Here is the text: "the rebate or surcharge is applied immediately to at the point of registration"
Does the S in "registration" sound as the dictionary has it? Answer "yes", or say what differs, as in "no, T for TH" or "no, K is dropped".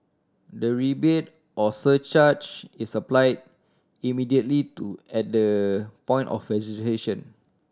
no, S is dropped